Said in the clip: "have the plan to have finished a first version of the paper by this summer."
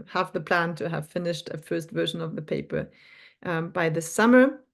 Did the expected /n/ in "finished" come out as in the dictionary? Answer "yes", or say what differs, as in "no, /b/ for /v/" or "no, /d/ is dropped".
yes